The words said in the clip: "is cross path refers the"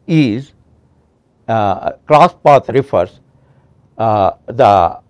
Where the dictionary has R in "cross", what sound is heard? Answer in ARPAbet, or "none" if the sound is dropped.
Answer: L